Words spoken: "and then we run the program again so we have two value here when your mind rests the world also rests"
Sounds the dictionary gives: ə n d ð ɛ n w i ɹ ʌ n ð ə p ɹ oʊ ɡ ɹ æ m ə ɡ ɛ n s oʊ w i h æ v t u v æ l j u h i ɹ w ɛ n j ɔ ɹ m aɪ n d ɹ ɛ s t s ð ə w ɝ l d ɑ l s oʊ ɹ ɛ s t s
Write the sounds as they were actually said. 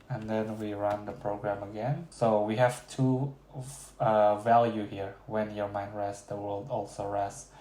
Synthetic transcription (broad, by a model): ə n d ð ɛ n w i ɹ ʌ n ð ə p ɹ oʊ ɡ ɹ æ m ə ɡ ɛ n s oʊ w i h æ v t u v æ l j u h i ɹ w ɛ n j ɔ ɹ m aɪ n d ɹ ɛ s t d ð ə w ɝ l d ɑ l s oʊ ɹ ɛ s s